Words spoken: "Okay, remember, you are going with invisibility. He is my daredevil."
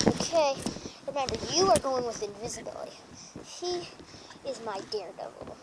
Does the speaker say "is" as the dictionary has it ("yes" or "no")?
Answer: yes